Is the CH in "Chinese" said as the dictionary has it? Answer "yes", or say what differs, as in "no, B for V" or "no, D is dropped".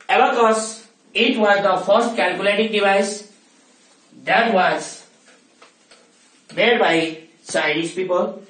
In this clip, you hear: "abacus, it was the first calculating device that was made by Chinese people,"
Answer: no, S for CH